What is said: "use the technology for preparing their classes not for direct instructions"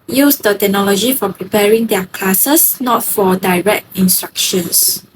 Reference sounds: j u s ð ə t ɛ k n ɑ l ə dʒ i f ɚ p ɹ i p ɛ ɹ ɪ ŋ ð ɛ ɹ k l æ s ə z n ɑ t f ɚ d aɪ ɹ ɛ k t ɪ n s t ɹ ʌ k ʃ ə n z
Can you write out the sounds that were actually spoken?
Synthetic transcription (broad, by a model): j u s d ə t ɛ k n ɑ l ə dʒ i f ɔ p ɹ i p ɛ ɹ ɪ ŋ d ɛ k l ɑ s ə s n ɑ t f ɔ d aɪ ɹ ɛ k t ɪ n s t ɹ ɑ k ʃ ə n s